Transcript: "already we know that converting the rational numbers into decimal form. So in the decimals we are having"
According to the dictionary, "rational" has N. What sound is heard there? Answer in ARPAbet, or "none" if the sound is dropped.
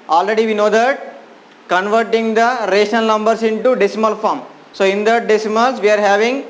none